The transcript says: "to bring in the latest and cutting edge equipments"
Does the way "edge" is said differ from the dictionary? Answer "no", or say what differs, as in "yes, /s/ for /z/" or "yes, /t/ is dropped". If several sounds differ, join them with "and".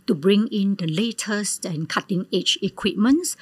yes, /tʃ/ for /dʒ/